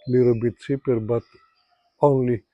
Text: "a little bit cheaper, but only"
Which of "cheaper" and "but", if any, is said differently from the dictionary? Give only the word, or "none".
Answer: cheaper